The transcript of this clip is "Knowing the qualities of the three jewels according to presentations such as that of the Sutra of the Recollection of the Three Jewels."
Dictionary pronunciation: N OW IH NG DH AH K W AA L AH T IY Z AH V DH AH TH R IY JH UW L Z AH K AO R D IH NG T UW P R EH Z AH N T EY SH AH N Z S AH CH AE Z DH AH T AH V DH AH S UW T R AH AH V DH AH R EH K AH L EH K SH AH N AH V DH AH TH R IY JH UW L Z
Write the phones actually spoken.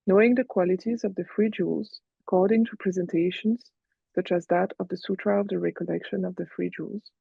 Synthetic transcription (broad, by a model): N OW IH NG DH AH K W AA L AH T IY Z AH V DH AH F R IY JH UW L Z AH K AO R D IH NG T UW P R EH Z AH N T EY SH AH N Z S AH CH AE Z DH AH T AH V DH AH S UW T R AH AH V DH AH R EH K AH L EH K SH AH N AH V DH AH F R IY JH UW L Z